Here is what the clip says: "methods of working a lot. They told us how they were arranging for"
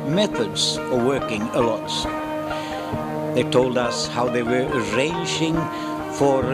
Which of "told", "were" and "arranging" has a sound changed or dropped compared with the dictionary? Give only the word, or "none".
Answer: none